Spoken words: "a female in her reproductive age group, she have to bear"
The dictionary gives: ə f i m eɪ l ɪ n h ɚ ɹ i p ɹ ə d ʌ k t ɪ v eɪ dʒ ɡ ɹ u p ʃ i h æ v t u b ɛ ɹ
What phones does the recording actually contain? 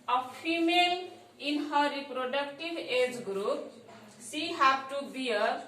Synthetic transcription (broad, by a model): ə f i m eɪ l ɪ n h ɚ ɹ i p ɹ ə d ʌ k t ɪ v eɪ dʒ ɡ ɹ u p s i h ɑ p t u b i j